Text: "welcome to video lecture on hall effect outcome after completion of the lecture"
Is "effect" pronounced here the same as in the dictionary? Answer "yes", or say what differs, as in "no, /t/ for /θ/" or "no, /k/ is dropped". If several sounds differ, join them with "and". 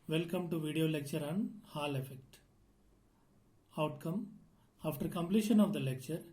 yes